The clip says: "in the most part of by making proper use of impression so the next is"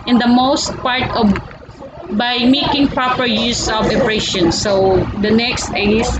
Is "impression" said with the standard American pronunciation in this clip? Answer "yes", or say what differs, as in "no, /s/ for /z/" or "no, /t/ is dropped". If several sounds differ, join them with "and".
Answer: no, /m/ is dropped